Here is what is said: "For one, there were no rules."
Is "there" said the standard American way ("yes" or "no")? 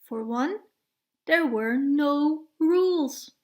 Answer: yes